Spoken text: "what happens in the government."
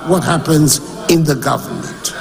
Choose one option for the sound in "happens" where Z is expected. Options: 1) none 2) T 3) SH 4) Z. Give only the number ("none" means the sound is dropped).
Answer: 4